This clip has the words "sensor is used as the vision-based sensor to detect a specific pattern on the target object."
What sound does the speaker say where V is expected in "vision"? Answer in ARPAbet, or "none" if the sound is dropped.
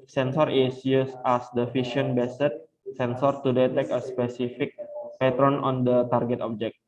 F